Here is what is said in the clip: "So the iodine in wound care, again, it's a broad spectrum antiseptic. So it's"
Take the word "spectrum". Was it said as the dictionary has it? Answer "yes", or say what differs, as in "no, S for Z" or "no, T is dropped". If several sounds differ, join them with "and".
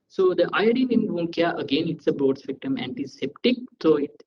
no, R is dropped